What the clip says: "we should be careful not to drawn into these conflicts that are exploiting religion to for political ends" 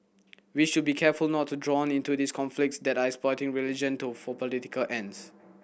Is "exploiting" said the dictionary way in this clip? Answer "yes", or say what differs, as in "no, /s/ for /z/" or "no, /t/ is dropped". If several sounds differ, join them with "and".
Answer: no, /l/ is dropped